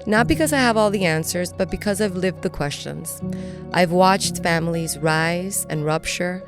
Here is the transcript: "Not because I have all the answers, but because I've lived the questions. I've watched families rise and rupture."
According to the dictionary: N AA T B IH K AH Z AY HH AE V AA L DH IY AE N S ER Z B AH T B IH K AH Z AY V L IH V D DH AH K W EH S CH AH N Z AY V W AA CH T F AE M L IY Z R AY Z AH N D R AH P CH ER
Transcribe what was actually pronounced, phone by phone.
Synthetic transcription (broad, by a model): N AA T B IH K AH Z AY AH V AA L DH IY AE N S ER Z B AH T B IH K AH Z AY V L IH V D DH AH K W EH S CH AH N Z AY V W AA CH T F AE M L IY Z R AY Z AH N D R AH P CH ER